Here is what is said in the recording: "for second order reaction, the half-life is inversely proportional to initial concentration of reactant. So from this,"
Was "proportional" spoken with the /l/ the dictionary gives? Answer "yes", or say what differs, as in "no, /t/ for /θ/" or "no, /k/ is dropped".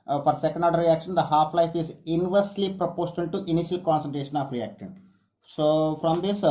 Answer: no, /n/ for /l/